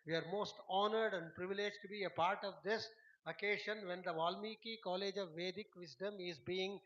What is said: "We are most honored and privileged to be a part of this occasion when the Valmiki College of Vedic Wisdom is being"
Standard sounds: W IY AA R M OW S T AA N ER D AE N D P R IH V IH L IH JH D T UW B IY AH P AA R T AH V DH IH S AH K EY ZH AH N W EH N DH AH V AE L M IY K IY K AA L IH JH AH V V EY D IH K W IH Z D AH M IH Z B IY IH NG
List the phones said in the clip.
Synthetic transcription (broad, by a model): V IY AA R M OW S T AA N ER D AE N D P R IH V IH L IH JH T UW B IY AH P AA R T AH V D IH S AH K EY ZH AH N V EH N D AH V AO L M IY K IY K AA L IH JH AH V V EY D IH K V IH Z D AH M IH Z B IY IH NG